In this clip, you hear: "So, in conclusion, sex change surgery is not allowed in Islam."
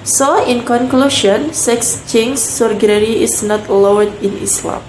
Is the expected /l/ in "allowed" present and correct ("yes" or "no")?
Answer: no